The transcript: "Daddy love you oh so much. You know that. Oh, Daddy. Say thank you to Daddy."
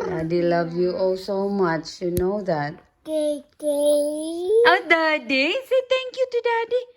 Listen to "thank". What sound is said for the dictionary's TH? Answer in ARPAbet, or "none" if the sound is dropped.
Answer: T